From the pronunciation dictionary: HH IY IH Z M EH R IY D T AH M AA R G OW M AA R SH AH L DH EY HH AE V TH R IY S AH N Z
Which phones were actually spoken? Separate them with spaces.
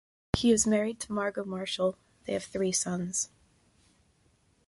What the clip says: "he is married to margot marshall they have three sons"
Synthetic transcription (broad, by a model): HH IY IH Z M EH R IY D T AH M AA R G OW M AA R SH L DH EY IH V TH R IY S AH N Z